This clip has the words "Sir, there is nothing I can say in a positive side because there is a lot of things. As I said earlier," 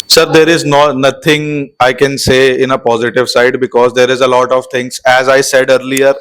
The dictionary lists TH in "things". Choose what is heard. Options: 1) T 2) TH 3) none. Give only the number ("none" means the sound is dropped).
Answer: 1